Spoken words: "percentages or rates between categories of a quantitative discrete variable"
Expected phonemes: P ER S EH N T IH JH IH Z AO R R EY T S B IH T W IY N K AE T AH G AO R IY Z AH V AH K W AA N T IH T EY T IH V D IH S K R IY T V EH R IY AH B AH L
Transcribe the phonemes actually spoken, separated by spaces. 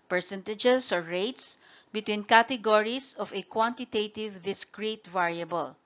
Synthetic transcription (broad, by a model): P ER S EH N T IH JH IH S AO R R EY T S B IH T W IY N K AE T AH G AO R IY S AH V AH K W AA N T IH T EY T IH V D IH S K R IY T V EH R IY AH B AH L